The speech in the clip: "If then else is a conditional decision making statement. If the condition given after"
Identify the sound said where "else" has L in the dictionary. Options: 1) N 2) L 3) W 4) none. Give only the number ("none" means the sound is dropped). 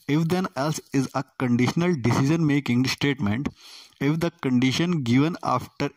2